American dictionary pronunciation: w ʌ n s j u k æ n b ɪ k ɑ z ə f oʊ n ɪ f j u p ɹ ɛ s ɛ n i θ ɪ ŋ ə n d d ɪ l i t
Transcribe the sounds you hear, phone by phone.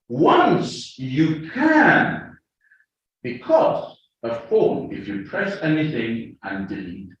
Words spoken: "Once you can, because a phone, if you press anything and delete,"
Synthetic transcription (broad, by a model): w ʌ n s j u k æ n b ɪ k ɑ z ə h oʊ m ɪ f j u p ɹ ɛ s ɛ n i θ ɪ ŋ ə n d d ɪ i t